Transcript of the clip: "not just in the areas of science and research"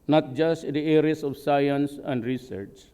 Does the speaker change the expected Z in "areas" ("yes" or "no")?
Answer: yes